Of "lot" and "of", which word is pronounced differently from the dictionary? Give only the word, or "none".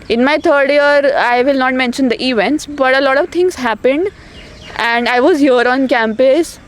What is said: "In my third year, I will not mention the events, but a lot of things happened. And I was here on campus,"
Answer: none